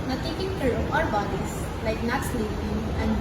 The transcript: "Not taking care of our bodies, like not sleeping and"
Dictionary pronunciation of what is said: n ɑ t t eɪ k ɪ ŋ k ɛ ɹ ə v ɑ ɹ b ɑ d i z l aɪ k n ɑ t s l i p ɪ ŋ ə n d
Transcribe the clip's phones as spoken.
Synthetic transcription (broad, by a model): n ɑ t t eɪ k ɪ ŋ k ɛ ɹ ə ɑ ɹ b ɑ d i s l aɪ k n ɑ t s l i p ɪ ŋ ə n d